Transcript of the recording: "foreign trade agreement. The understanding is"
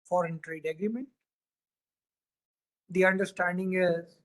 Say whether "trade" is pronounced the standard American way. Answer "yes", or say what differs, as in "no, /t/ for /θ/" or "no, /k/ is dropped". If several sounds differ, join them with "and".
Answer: yes